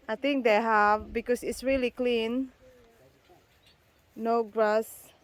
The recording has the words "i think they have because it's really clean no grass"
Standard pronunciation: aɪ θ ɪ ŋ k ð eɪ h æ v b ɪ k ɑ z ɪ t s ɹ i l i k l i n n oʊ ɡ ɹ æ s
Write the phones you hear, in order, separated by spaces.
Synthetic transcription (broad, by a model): aɪ t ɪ ŋ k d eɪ h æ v b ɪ k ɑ s ɪ t s ɹ i l i k l i n n oʊ ɡ ɹ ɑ s